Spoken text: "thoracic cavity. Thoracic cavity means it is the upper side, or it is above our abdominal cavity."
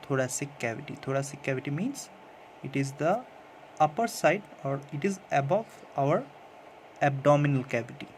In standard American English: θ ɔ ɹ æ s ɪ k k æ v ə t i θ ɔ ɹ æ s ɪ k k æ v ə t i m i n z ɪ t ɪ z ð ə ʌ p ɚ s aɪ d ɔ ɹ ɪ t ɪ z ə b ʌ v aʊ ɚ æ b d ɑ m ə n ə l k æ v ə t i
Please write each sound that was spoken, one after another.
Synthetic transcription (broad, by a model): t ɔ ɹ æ s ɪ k k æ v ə t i t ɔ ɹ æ s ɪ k k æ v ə t i m i n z ɪ t ɪ z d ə ʌ p ɚ s aɪ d ɔ ɹ ɪ t ɪ z ə b ʌ v aʊ ɚ æ b d ɑ m ə n ə l k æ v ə t i